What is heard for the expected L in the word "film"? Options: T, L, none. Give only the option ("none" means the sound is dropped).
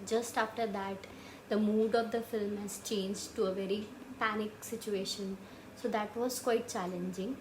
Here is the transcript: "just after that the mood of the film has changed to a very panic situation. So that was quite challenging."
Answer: L